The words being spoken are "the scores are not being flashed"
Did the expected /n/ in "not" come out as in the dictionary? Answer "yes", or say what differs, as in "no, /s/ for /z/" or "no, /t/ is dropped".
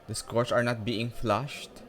yes